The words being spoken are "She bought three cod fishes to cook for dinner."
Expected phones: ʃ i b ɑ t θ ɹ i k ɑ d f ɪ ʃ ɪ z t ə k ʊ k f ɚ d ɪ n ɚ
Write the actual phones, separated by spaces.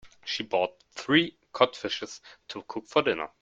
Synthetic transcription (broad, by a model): ʃ i b ɑ t θ ɹ i k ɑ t f ɪ ʃ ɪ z t ə k ʊ k f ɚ d ɪ n ɚ